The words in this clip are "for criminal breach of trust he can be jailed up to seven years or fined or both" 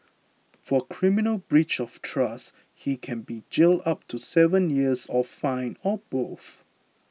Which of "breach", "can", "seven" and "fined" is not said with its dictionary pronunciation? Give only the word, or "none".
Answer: fined